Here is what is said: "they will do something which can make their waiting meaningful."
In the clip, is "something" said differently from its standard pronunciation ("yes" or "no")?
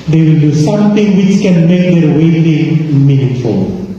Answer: yes